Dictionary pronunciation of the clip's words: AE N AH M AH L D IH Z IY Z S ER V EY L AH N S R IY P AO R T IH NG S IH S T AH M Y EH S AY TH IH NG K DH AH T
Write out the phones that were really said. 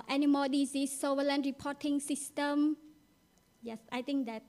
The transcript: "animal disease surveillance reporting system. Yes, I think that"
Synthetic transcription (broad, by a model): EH N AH M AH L D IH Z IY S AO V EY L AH N R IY P AO T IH NG S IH S T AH M Y EH S AY T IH NG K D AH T